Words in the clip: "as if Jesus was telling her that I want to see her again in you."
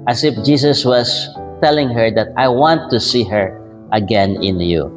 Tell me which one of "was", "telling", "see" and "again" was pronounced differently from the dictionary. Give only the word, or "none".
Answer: was